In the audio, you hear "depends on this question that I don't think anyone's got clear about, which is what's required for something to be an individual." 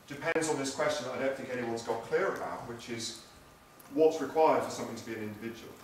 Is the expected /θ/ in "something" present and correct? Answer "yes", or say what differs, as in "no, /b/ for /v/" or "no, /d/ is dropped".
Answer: yes